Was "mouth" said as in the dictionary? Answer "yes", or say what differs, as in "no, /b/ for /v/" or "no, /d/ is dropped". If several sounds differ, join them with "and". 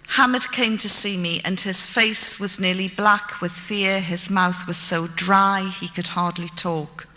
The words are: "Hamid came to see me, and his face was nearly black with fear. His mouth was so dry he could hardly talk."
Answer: yes